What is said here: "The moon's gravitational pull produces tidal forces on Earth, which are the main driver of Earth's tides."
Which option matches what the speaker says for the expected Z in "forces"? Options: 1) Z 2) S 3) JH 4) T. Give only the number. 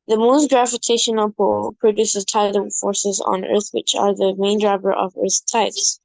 1